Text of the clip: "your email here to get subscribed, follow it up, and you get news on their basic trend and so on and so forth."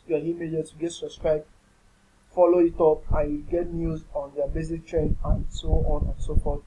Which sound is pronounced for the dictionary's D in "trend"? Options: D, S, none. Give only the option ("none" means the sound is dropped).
none